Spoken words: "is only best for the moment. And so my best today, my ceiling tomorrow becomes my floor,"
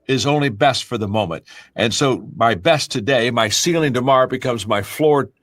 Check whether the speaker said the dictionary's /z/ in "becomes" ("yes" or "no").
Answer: yes